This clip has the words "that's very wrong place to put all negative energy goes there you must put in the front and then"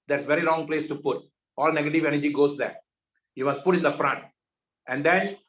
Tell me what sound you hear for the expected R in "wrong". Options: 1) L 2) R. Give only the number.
1